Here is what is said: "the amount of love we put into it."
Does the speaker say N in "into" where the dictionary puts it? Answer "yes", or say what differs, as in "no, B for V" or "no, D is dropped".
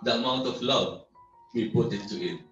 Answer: no, N is dropped